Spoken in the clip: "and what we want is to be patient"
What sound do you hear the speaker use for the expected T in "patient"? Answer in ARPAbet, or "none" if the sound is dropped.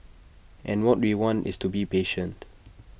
T